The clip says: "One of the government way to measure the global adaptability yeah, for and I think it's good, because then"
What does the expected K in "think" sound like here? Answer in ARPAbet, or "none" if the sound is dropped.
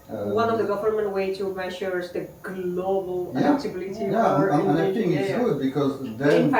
none